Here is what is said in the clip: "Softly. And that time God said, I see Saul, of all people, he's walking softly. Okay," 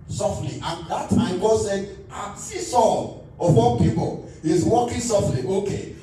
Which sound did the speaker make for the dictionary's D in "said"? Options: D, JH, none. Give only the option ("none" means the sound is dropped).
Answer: none